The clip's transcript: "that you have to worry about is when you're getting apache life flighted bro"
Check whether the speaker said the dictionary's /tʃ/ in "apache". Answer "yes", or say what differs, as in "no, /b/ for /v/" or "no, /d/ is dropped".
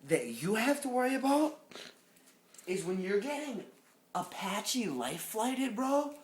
yes